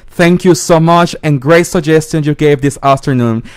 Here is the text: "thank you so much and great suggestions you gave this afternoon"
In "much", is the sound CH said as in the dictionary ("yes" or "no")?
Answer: yes